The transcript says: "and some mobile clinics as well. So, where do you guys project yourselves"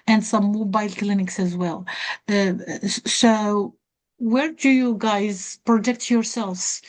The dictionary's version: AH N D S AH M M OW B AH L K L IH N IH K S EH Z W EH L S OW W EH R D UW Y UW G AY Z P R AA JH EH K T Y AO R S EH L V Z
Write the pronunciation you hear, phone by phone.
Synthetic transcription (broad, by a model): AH N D S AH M M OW B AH L K L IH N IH K S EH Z W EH L S OW W EH R D UW Y UW G AY Z P R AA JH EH K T Y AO R S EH L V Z